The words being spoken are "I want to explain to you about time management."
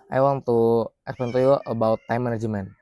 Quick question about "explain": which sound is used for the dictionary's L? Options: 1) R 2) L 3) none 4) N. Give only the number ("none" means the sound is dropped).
3